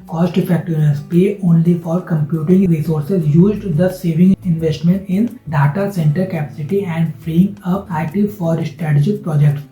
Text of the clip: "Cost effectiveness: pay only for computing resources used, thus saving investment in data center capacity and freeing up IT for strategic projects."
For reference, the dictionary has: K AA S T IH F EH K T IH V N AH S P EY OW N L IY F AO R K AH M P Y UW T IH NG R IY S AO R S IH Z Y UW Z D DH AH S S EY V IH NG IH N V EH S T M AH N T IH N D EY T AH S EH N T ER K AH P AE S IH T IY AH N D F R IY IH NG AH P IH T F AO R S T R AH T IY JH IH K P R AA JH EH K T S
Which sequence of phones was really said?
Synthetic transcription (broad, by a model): K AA S T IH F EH K T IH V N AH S P EY OW N L IY F AO R K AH M P Y UW T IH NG R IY S AO R S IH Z Y UW Z D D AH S S EY V IH NG IH N V EH S T M AH N T IH N D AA T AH S EH N T ER K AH P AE S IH T IY AH N D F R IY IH NG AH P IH T F AO R S T R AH T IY JH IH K P R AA JH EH K T S